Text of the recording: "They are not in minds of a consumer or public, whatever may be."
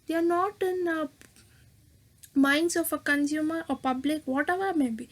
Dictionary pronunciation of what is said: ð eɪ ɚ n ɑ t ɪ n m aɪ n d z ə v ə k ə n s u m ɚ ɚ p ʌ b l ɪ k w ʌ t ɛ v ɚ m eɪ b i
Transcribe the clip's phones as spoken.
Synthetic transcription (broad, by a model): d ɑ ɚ n ɑ t ɪ n m aɪ n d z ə f ə k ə n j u m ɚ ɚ p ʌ b l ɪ k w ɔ t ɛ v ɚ m eɪ b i